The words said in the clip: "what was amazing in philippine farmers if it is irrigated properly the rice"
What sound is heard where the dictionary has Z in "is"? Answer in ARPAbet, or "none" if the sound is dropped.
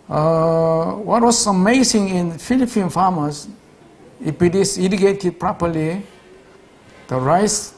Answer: S